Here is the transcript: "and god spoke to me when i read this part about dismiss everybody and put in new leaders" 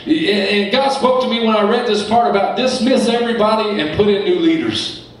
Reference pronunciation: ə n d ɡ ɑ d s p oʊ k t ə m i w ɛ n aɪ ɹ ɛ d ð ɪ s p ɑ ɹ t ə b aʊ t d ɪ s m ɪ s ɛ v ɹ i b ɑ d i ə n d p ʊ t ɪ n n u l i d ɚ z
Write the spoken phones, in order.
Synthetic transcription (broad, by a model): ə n ɡ ɑ d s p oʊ k t ə m i w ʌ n aɪ ɹ ɛ d ð ɪ s p ɑ ɹ t ə b aʊ t d ɪ s m ɪ s ɛ v ɹ i b ɑ d i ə n p ʊ t ɪ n n u l i d ɚ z